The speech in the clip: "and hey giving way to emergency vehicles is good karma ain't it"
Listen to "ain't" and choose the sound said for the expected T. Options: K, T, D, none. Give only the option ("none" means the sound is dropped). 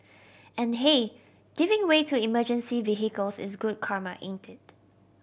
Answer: T